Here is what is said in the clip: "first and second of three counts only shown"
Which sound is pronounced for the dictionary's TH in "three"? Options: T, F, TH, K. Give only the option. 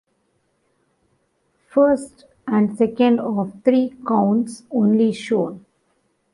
T